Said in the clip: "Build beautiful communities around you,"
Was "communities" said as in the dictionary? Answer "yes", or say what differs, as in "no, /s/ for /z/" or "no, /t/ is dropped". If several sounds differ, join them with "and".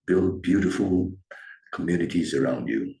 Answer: yes